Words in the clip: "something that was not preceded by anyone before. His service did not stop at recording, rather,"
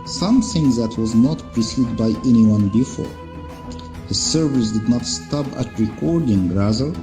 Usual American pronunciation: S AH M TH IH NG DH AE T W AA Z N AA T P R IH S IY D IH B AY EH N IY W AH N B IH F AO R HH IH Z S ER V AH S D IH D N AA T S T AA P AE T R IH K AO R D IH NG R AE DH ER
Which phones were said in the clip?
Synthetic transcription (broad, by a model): S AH M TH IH NG DH AE T W AA Z N AA T P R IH S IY D B AY EH N IY W AH N B IH F AO R HH IH Z S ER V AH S D IH D N AA T S T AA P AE T R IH K AO R D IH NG R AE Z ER